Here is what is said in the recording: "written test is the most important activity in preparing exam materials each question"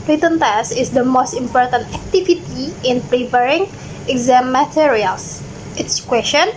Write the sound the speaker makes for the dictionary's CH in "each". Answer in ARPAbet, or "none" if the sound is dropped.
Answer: S